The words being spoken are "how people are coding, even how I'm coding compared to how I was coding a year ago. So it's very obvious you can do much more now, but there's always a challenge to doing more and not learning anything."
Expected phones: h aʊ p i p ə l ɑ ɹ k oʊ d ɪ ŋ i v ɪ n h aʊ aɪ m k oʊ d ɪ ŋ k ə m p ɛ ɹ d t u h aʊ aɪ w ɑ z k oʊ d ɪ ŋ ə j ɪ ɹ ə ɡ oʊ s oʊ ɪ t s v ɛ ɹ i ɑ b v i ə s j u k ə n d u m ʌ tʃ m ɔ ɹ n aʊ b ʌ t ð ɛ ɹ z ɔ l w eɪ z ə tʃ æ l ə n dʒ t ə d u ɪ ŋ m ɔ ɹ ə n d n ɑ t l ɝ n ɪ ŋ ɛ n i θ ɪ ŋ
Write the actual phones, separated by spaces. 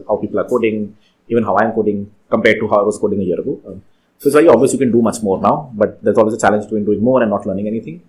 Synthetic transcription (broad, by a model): h aʊ p i p ə l ɑ ɹ k oʊ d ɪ ŋ i v ɪ n h aʊ aɪ m k oʊ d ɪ ŋ k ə m p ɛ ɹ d t u h aʊ aɪ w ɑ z k oʊ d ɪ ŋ ə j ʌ ɹ ə ɡ oʊ s oʊ ɪ t s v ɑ i ɑ b v i ə s j u k ə n d u m ʌ tʃ m ɔ ɹ n aʊ b ʌ t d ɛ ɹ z ɔ l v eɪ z ə tʃ æ l ə n dʒ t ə d u ɪ ŋ m ɔ ɹ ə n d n ɑ t l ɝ n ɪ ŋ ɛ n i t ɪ ŋ